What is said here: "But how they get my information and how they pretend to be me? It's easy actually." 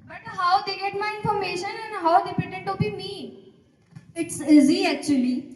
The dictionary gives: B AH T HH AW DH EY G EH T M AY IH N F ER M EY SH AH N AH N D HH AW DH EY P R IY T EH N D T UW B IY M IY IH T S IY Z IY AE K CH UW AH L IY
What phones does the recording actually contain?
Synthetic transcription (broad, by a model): B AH T HH AW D EY G EH T M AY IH N F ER M EY SH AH N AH N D HH AW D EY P IY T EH D T UW B IY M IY IH T S IY Z IY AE K CH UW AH L IY